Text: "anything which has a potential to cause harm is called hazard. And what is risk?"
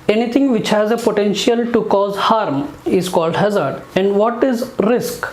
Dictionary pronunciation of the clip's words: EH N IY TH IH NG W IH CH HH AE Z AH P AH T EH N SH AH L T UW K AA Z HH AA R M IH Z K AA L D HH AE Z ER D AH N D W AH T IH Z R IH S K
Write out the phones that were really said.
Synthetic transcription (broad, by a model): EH N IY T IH NG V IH CH HH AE Z AH P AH T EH N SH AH L T UW K AA Z HH AA R M IH Z K AA L D HH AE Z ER D AH N D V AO T IH Z R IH S K